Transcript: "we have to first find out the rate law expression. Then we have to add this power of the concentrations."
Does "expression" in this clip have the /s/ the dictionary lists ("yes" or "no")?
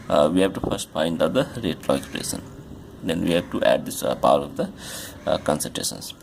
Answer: no